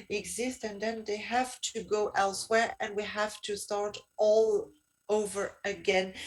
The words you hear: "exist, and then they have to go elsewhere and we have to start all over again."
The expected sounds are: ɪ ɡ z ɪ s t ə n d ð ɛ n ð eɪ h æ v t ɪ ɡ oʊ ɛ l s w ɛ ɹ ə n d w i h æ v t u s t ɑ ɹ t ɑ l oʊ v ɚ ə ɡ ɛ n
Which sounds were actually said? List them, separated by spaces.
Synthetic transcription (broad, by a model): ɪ ɡ z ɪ s t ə n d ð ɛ n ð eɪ h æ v t ɪ ɡ oʊ ɛ l s w ɛ ɹ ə n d w i h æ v t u s t ɑ ɹ t ɑ l oʊ v ɚ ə ɡ ɛ n